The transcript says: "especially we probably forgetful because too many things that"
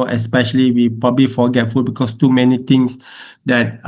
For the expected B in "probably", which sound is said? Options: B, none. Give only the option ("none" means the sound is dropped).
B